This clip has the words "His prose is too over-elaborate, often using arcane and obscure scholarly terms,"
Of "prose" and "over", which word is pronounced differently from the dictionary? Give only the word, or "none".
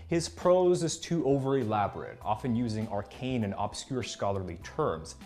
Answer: none